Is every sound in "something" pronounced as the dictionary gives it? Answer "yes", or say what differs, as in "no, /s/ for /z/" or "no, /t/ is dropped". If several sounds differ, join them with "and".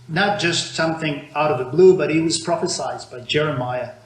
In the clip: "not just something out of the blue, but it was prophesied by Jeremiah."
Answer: yes